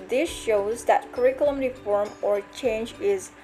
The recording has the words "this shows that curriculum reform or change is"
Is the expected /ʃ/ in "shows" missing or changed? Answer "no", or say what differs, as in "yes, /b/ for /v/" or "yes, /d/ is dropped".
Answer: no